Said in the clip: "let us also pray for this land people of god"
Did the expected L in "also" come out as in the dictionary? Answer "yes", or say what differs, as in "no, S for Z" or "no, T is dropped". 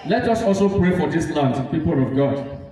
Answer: yes